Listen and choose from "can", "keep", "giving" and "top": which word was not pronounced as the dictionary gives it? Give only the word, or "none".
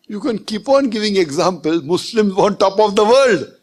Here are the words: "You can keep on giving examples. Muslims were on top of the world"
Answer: none